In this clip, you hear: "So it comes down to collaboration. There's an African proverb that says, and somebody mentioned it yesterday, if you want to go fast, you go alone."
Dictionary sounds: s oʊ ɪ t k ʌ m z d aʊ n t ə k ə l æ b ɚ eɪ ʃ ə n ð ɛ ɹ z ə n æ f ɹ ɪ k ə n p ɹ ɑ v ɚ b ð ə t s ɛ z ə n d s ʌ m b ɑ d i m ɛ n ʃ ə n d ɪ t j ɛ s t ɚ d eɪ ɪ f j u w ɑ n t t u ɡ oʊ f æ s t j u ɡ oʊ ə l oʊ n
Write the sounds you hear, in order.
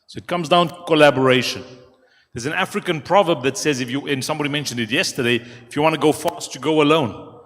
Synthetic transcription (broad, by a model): s oʊ ɪ t k ʌ m z d aʊ n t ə k ə l æ b ɚ eɪ ʃ ə n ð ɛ z ə n æ f ɹ ɪ k ə n p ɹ ɑ v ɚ b ð ə t s ɛ z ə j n s ʌ m b ɑ d i m ɛ n ʃ ə n d ɪ t j ɛ s t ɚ d eɪ ɪ f j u w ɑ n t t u ɡ oʊ f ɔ s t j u ɡ oʊ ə l oʊ n